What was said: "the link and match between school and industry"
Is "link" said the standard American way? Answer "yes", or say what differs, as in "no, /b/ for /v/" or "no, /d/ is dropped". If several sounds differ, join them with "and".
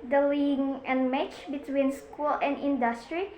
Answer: no, /k/ is dropped